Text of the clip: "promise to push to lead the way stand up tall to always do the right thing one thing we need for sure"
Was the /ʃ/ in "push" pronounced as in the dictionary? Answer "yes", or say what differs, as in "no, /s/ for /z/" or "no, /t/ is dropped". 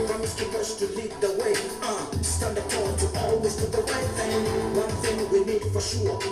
no, /s/ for /ʃ/